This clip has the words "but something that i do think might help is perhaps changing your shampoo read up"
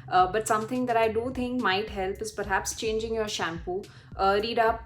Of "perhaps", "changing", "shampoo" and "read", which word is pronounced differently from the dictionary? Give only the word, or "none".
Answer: none